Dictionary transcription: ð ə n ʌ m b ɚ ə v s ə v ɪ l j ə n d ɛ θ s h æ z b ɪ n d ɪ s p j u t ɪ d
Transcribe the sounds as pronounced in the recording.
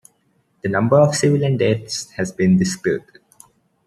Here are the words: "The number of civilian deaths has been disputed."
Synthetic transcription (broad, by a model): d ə n ʌ m b ɚ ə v s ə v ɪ l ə n d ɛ t s h æ z b ɪ n d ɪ s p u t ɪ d